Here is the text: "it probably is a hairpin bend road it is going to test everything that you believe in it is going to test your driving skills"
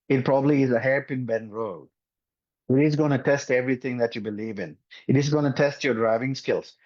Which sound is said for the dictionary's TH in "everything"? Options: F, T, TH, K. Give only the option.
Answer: T